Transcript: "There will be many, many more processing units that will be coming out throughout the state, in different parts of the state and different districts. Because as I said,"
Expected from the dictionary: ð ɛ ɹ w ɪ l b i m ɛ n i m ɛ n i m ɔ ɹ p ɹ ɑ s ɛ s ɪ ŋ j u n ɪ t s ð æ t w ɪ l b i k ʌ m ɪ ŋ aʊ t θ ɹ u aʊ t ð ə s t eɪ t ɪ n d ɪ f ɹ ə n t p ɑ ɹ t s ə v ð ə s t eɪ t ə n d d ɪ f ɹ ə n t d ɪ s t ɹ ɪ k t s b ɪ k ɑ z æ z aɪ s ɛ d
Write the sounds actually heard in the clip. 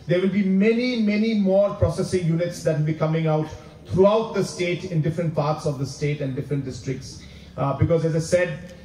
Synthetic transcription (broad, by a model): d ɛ ɹ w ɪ l b i m ɛ n i m ɛ n i m ɔ ɹ p ɹ ɑ s ɛ s ɪ ŋ j u n ɪ t s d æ t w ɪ l b i k ʌ m ɪ ŋ aʊ t t ɹ u aʊ t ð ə s t eɪ t ɪ n d ɪ f ɹ ə n t p ɑ ɹ t s ə v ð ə s t eɪ t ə n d d ɪ f ɹ ə n t d ɪ s t ɹ ɪ k t s b ɪ k ɑ z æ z aɪ s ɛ d